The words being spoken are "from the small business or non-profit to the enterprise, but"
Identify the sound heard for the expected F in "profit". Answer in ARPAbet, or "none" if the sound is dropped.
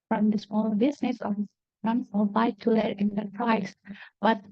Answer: none